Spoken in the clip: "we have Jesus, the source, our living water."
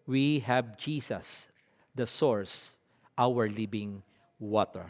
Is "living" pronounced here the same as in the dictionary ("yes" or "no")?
no